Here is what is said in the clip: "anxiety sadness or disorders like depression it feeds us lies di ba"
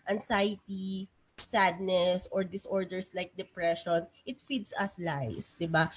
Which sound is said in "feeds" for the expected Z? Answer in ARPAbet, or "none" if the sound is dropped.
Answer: S